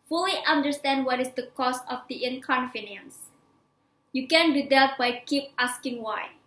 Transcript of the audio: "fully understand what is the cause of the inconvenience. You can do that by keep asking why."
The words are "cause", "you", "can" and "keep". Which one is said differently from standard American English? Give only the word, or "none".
cause